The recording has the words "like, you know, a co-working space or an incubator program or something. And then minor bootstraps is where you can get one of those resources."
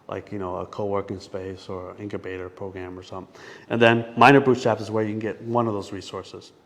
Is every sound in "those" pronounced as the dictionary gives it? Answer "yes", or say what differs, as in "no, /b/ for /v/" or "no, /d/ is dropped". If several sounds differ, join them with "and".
yes